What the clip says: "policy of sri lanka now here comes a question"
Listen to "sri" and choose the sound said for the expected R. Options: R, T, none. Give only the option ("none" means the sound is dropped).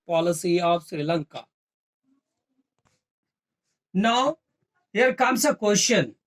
R